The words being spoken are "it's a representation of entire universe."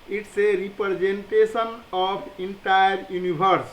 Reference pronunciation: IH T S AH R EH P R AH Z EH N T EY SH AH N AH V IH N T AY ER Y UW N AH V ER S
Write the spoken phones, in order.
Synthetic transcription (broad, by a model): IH T S AH R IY P R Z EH N T EY S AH N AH P IH N T AY ER Y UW N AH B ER S